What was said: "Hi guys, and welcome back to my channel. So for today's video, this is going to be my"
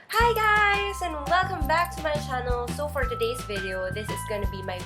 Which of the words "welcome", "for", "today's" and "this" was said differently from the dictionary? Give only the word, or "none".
none